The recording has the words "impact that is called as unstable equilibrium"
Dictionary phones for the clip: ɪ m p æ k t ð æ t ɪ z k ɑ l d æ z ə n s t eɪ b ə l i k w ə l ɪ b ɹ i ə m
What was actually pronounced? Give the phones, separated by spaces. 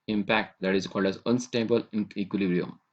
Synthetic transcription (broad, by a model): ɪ m p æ k t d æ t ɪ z k ɑ l d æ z ə n s t eɪ b ə l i k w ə l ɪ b ɹ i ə m